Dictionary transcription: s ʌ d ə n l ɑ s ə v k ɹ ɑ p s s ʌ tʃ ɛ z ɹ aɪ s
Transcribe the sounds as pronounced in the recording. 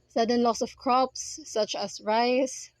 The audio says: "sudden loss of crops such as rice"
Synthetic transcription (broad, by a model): s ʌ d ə n l ɑ s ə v k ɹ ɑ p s s ʌ tʃ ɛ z ɹ aɪ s